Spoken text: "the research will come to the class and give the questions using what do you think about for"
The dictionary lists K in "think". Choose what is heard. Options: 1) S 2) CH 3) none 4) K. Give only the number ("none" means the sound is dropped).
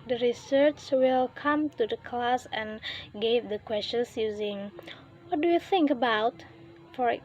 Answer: 4